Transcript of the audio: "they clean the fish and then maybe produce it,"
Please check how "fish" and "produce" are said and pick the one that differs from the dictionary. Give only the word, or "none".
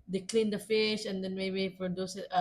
produce